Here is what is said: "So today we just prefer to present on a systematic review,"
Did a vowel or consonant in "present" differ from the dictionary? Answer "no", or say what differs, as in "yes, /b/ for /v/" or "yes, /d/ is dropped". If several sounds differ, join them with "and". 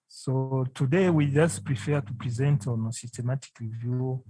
no